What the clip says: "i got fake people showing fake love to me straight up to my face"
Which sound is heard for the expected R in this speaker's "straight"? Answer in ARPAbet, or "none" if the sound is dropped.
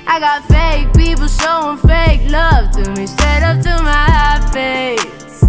none